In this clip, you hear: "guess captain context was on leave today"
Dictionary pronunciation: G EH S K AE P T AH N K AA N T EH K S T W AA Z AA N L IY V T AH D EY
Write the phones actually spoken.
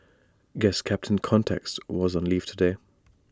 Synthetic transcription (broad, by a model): G EH S K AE P T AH N K AA N T EH K S T W AA Z N L IY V T AH D EY